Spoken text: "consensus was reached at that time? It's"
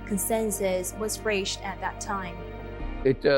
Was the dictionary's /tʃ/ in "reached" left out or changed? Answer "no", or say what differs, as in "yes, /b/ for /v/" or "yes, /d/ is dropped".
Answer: yes, /ʃ/ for /tʃ/